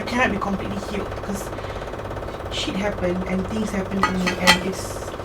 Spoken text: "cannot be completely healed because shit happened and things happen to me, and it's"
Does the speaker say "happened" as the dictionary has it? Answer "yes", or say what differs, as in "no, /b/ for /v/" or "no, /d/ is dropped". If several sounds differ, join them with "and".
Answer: no, /d/ is dropped